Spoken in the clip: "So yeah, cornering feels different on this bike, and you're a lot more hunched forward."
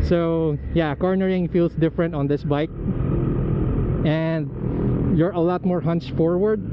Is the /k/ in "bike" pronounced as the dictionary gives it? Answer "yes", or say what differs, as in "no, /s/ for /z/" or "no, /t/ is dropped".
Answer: yes